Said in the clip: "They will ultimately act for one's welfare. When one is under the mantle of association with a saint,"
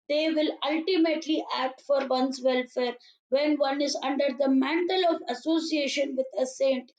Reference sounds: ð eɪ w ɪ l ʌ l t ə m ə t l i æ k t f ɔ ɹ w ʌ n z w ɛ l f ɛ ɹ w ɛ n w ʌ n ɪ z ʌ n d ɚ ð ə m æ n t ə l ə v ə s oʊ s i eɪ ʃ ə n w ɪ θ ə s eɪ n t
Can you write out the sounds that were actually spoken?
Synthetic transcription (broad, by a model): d eɪ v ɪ l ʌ l t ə m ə t l i æ k t f ɔ ɹ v ʌ n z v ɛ l f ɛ ɹ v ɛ n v ʌ n ɪ z ʌ n d ɚ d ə m æ n t ə l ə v ə s oʊ s i eɪ ʃ ə n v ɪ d ə s eɪ n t